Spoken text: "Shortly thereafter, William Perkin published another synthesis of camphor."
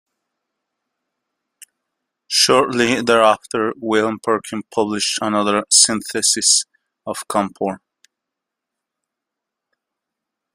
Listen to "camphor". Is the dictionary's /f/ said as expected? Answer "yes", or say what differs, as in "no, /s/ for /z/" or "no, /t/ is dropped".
no, /p/ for /f/